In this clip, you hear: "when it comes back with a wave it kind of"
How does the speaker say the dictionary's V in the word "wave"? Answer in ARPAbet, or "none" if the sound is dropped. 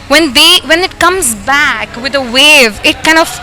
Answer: V